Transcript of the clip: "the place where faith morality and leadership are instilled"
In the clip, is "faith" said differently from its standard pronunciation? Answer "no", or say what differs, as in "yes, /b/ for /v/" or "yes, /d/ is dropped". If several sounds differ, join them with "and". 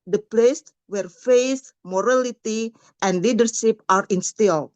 yes, /s/ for /θ/